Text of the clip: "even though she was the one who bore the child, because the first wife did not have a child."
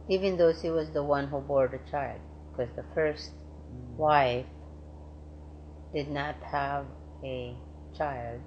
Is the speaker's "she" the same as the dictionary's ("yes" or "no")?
no